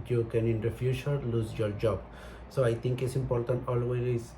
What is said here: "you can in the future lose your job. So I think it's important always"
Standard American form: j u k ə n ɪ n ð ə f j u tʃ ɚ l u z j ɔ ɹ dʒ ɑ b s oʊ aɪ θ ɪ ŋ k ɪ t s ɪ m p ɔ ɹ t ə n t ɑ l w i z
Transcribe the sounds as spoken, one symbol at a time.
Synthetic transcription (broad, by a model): j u k ə n ɪ n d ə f j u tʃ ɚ l u z j ɔ ɹ dʒ ɑ b s oʊ aɪ t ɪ ŋ k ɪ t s ɪ m p ɔ ɹ t ə n t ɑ l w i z